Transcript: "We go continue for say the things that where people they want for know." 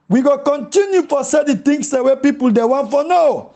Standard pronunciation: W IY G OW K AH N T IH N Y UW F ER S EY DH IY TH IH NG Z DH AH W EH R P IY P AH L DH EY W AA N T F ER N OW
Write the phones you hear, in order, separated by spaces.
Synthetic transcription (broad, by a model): W IY G OW K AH N T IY N Y UW F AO S EY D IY T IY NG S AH W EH P IY P AH L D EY W AA N T F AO N OW